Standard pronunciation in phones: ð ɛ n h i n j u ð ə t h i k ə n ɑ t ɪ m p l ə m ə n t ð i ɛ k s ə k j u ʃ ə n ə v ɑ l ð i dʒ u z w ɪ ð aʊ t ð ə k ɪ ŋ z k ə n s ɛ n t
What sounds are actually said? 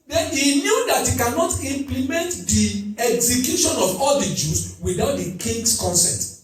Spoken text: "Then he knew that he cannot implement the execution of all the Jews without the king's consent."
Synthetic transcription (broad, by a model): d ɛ n h i n j u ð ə t h i k ə n ɑ t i m p l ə m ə n t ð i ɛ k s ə k j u ʃ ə n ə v ɑ l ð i dʒ u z w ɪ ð aʊ t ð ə k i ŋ s k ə n s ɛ t